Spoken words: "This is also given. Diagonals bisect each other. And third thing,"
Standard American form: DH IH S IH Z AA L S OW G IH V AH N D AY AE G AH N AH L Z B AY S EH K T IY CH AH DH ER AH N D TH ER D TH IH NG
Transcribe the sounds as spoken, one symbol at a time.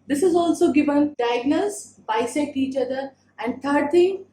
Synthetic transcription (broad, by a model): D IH S IH Z AA L S OW G IH V AH N D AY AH G N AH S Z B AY S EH T IY CH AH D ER AH N D T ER D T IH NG